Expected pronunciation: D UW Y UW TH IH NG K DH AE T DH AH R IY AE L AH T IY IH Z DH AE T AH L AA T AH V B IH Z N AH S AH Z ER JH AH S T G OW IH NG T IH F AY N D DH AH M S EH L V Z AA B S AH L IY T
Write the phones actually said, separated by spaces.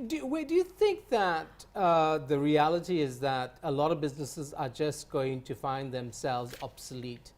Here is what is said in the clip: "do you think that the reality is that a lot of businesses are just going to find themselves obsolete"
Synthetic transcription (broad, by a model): D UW Y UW TH IH NG K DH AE T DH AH R IY AE L AH T IY IH Z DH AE T AH L AA T AH V B IH Z N AH S AH Z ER JH AH S T G OW IH NG T IH F AY N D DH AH M S EH L V Z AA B S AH L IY T